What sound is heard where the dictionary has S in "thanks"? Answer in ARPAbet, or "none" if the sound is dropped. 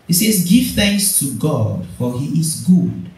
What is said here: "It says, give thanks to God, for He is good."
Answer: S